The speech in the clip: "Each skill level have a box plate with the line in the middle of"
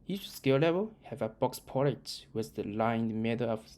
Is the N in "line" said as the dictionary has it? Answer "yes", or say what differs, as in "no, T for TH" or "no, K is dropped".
no, N is dropped